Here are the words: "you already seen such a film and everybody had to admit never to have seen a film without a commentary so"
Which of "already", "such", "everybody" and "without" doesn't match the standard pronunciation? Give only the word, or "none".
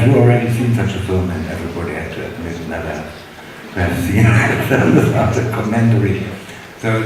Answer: without